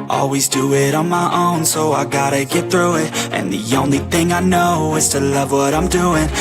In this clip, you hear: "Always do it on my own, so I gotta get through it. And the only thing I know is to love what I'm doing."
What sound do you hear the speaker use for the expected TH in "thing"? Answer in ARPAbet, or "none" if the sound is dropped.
TH